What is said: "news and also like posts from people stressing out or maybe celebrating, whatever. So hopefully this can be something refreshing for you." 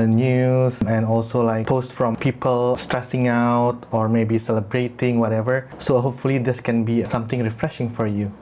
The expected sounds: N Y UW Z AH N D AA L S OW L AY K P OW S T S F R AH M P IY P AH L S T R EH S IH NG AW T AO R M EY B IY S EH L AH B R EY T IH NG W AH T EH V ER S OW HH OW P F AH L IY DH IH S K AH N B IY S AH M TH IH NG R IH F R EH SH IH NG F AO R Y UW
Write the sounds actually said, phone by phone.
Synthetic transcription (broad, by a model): N Y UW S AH N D AA L S OW L AY K P OW S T F R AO M P IY P AH L S T R EH S IH NG AW T AO R M EY B IY S EH L AH B R EY T IH NG W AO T EH V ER S OW HH OW P F AH L IY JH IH S K AH N B IY S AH M T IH NG R IH F R EH SH IH NG F AO R Y UW